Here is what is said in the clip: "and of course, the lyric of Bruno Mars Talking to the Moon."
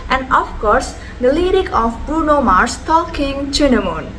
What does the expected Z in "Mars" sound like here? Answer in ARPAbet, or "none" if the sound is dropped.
S